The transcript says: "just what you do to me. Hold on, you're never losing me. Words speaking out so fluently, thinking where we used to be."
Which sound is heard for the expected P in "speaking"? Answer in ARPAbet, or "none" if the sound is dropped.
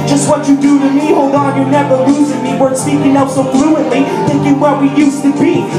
none